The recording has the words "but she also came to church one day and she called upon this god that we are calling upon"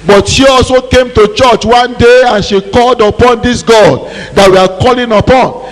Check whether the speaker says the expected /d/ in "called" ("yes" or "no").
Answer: yes